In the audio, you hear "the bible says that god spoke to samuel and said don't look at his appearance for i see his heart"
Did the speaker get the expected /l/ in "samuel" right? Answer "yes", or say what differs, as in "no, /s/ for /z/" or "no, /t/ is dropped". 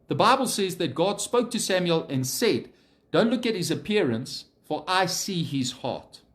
yes